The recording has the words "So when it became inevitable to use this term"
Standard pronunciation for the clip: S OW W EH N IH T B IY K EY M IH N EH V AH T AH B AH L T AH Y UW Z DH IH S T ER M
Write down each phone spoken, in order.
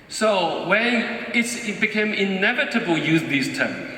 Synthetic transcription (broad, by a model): S OW W EH N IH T B IY K EY M IH N EH V AH T AH B AH L Y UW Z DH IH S T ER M